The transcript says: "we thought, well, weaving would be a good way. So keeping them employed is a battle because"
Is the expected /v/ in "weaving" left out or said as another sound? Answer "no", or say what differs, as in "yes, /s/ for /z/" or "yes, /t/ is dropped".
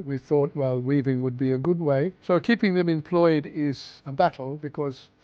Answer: no